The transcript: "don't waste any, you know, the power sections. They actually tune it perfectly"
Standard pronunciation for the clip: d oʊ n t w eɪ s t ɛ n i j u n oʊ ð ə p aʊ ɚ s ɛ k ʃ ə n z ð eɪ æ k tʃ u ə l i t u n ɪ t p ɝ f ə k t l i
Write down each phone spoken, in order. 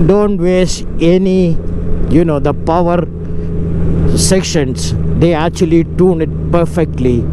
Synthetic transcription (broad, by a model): d oʊ n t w eɪ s ɛ n i j u n oʊ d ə p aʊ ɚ s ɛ k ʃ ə n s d eɪ æ k tʃ u ə l i t u n ɪ t p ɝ f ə k t l i